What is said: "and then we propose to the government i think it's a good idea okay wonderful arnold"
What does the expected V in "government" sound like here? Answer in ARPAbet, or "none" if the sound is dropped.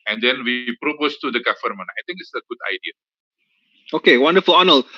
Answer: F